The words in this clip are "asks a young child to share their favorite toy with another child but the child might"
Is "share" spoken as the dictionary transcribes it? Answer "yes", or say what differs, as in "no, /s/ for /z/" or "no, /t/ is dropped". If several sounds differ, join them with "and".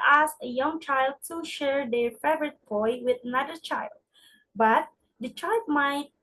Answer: yes